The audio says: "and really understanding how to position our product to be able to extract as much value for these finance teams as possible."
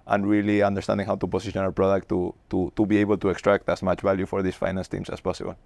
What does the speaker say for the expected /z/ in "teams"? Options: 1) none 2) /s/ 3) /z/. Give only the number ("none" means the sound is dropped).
2